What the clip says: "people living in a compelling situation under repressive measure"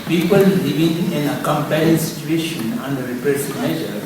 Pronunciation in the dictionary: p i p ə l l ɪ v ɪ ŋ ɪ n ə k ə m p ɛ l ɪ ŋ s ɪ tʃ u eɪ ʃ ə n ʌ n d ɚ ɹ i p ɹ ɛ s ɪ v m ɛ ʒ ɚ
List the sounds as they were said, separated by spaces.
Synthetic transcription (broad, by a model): p i p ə l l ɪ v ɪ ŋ ɪ n ə k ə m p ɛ ɪ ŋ s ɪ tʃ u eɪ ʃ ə n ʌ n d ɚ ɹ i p ɛ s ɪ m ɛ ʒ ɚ